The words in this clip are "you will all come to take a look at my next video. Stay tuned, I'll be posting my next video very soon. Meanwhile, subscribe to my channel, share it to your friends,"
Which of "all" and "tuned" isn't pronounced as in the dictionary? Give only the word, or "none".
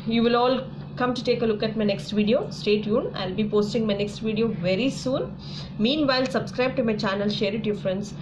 tuned